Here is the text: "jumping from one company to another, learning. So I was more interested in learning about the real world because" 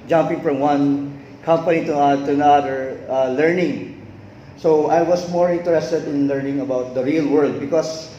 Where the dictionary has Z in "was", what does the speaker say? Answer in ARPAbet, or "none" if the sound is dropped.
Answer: S